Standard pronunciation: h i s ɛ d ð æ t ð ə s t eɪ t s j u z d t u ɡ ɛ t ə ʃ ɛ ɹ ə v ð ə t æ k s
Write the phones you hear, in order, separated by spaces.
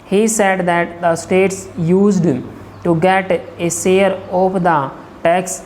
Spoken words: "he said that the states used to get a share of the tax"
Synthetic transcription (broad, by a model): h i s ɛ d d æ t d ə s t eɪ t s j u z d t u ɡ ɛ t ə s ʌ ɹ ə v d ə t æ k s